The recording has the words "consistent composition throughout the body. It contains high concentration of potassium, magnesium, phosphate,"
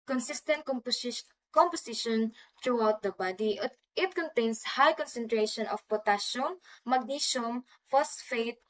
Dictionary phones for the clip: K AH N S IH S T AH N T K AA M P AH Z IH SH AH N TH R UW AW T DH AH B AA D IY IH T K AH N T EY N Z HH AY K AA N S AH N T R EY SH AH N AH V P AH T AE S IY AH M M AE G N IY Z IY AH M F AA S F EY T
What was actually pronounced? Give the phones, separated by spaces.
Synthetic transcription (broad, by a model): K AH N S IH S T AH N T K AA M P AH S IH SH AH N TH R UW AW T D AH B AA D IY IH T K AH N T EY N S HH AY K AA N S AH N T R EY SH AH N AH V P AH T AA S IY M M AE G N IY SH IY M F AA S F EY T